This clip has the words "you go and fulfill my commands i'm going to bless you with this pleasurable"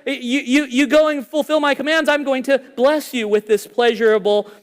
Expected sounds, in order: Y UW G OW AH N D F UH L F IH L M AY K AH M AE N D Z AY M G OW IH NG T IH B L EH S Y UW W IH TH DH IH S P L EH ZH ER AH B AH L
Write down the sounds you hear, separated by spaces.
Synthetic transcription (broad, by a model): Y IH G OW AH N F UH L F IH L M AY K AH M AE N D Z AY M G OW IH NG T IH B L EH S Y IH W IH DH IH S P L EH ZH ER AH B L